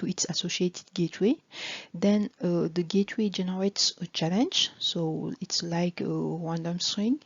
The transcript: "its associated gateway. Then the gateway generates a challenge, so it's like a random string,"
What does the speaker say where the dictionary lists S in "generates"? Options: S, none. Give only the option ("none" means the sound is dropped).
S